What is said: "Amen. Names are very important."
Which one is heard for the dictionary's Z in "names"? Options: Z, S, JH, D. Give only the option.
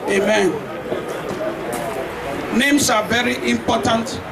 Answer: S